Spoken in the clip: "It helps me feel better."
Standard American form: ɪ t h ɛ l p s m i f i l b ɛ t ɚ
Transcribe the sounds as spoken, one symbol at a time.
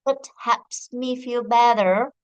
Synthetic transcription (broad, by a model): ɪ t h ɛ p s m i f i l b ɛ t ɚ